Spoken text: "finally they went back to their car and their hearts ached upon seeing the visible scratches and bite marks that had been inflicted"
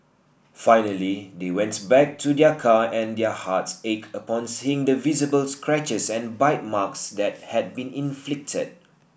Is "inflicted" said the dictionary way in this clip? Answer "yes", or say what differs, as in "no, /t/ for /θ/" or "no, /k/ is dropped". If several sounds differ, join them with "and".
yes